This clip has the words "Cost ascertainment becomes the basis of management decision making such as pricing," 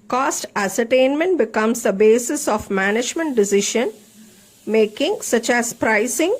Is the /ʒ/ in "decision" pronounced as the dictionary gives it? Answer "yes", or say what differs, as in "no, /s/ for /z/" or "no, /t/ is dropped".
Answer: no, /ʃ/ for /ʒ/